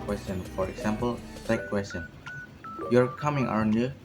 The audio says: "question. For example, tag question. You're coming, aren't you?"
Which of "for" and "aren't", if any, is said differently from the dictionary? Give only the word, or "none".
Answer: aren't